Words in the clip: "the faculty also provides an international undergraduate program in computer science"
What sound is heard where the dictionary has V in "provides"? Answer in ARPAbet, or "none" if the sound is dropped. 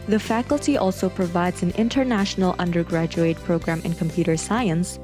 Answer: V